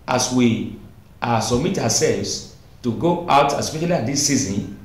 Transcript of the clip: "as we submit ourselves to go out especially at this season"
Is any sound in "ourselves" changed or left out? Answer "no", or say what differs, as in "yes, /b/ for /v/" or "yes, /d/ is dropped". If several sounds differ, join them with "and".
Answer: yes, /w/ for /ɹ/